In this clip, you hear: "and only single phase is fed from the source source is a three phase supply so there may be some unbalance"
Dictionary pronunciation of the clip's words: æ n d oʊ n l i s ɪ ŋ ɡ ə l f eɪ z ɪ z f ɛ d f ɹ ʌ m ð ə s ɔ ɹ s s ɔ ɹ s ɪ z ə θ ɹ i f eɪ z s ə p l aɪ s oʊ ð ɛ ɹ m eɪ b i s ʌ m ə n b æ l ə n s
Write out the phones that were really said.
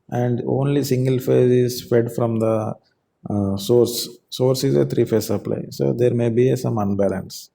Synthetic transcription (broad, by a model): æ n d oʊ n l i s ɪ ŋ ɡ ə l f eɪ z ɪ z f ɛ d f ɹ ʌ m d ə s ɔ ɹ s s ɔ ɹ s ɪ z ə t ɹ i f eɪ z s ə p l aɪ s oʊ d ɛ ɹ m eɪ b i s ʌ m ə n b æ l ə n s